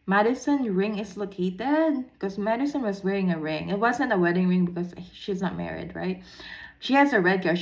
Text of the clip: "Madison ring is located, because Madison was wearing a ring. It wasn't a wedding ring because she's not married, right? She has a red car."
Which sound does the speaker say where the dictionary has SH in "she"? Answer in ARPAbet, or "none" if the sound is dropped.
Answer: SH